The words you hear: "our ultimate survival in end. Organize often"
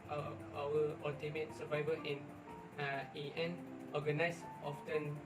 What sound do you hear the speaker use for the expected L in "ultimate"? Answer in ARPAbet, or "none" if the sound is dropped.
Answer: none